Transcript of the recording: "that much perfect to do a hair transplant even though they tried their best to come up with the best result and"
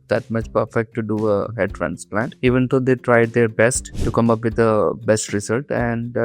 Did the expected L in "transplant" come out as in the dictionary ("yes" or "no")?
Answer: yes